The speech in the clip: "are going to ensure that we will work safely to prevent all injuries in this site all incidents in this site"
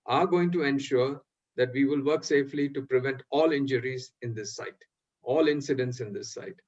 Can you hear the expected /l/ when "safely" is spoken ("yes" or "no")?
yes